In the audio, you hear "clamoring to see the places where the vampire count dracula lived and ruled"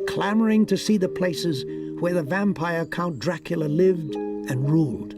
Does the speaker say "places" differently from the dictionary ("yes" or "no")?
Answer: no